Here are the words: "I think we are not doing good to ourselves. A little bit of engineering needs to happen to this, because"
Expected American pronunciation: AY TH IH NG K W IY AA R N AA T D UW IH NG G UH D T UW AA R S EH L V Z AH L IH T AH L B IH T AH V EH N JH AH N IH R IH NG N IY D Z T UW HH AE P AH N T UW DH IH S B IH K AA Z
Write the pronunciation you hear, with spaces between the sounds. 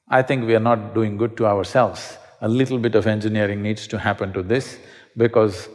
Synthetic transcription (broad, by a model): AY T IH NG K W IY AA R N AA T D UW IH NG G UH D T UW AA R S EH L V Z AH L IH T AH L B IH T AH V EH N JH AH N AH R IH NG N IY D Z T UW HH AE P AH N T UW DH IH S B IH K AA Z